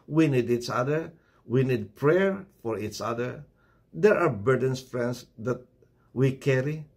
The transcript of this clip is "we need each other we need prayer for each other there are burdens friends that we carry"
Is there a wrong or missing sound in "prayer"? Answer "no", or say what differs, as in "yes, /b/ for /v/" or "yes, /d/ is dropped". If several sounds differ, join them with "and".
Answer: no